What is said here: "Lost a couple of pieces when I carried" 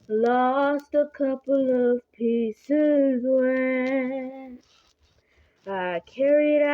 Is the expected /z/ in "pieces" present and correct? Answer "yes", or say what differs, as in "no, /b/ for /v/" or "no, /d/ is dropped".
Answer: yes